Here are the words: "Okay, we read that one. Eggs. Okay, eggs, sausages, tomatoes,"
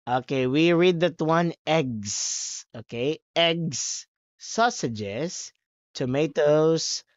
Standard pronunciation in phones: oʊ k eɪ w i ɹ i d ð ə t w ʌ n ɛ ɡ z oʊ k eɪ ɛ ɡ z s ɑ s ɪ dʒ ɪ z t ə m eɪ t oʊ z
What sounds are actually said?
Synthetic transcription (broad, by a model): oʊ k eɪ w i ɹ i d ð ə t w ʌ n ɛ ɡ s oʊ k eɪ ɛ ɡ s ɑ s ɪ dʒ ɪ s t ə m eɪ t oʊ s